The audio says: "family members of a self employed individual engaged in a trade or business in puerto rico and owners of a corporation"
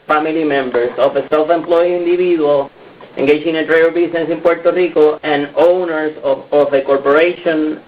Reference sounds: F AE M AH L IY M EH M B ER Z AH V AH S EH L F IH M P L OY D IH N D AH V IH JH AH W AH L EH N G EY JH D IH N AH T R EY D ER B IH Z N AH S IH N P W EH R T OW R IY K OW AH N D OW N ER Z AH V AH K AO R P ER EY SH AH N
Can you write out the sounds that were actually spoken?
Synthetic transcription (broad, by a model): F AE M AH L IY M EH M B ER S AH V AH S EH L F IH M P L OY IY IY N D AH B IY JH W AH L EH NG G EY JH IH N AH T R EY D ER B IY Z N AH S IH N P W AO R T OW R IY K OW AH N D OW N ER S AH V AH K AO R P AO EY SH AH N